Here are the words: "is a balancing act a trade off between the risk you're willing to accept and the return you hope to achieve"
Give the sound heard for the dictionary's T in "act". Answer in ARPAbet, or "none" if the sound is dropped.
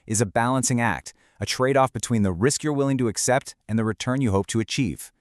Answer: T